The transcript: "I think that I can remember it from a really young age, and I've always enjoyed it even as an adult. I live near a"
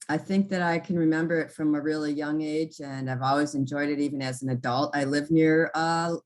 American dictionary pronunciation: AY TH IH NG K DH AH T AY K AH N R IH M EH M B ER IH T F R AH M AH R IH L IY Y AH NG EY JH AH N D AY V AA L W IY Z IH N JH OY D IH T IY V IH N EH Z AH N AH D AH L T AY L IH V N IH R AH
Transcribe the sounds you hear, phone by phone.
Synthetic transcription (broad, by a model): AY TH IH NG K DH AH T AY K AH N R IH M EH M B ER IH T F R AH M AH R IH L IY Y AH NG EY JH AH N AY V AA L W IY Z IH N JH OY D IH T IY V IH N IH Z N AH D AH L T AY L IH V N IH R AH